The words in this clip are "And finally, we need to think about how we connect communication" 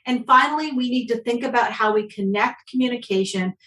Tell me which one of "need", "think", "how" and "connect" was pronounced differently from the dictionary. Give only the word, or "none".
none